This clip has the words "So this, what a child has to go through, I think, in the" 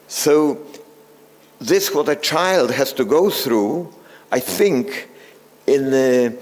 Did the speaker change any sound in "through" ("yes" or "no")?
no